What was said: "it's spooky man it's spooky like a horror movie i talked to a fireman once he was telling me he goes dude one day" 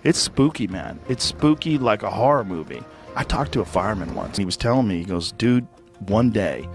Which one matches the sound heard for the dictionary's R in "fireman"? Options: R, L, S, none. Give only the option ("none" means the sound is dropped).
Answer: R